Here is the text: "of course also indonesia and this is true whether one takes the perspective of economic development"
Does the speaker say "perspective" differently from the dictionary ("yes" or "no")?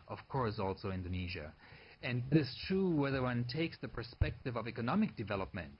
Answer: no